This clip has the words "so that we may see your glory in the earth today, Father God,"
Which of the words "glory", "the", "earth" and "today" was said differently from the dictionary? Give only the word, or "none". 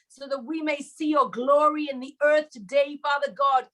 none